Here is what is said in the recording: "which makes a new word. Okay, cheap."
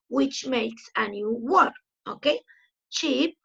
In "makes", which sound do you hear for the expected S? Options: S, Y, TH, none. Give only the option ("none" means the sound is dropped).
S